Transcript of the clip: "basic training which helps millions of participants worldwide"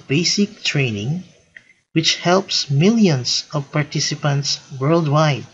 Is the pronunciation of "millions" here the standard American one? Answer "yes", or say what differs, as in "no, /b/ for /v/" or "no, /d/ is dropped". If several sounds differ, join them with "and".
no, /s/ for /z/